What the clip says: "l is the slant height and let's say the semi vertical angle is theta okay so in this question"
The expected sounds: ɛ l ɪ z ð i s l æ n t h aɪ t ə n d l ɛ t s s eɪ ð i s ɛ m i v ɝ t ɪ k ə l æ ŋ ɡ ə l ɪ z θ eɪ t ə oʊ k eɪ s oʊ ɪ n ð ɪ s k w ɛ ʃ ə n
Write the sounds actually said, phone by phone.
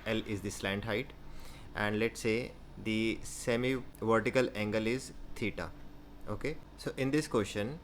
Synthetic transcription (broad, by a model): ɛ l ɪ z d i s l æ n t h aɪ t ə n d l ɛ t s s eɪ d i s ɛ m i v ɝ t ɪ k ə l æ ŋ ɡ ə l ɪ z t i t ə oʊ k eɪ s oʊ ɪ n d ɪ s k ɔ ʃ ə n